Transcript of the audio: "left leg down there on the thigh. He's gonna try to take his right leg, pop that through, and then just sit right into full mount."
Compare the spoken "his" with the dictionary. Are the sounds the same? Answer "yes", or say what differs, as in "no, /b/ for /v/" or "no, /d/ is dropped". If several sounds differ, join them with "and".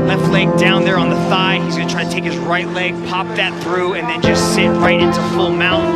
yes